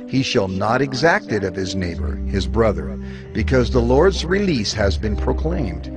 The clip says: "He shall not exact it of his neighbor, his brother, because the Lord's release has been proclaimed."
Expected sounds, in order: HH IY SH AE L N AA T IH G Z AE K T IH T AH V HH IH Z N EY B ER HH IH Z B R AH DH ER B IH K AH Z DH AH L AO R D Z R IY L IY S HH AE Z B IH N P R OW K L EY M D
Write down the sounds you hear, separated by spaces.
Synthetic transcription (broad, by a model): HH IY SH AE L N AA T IH G Z AE K T IH T AH V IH Z N EY B ER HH IH Z B R AH DH ER B IH K AH Z DH AH L AO R D Z R IY L IY S HH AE Z B IH N P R OW K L EY M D